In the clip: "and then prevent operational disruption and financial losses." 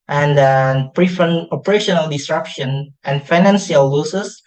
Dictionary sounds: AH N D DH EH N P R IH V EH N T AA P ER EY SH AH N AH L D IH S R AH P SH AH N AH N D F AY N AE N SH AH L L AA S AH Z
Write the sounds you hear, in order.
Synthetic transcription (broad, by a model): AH N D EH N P R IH F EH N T AA P ER EY SH AH N AH L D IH S R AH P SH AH N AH N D F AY N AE N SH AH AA L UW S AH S